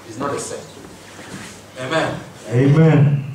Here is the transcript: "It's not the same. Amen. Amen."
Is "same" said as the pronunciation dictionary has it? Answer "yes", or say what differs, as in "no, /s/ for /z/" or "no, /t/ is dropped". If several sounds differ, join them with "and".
no, /m/ is dropped